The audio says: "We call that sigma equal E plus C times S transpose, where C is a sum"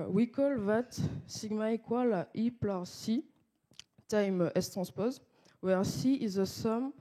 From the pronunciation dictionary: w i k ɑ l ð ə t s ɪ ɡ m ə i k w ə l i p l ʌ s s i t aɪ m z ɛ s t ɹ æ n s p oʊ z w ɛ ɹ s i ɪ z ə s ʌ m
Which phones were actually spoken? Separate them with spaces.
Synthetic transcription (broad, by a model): w i k ɑ l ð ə t s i ɡ m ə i k w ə l i p l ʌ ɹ s i t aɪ m ɛ s t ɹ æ s p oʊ z w ɛ ɹ s i ɪ z ə s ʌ m